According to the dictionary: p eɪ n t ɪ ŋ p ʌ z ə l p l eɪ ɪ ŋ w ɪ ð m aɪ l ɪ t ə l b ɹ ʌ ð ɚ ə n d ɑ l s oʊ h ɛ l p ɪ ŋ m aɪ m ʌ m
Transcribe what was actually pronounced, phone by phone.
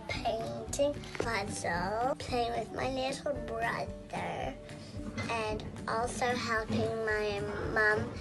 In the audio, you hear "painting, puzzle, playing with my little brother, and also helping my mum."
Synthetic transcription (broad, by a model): p eɪ n t ɪ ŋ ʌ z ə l p l eɪ ɪ ŋ w ɪ ð m aɪ n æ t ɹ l b ɹ ʌ ð ɚ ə n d ɑ l s oʊ h ɛ l p ɪ ŋ m aɪ m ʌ m